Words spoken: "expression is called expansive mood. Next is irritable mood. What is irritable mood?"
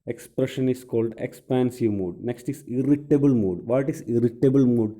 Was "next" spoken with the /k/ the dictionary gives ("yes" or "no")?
yes